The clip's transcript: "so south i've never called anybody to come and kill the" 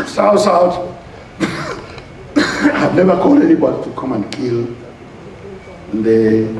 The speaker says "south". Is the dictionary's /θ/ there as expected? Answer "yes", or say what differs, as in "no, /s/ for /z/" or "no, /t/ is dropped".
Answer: no, /t/ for /θ/